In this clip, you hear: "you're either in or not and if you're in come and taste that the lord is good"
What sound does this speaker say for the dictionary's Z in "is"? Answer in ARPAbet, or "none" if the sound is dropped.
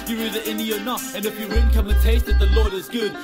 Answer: Z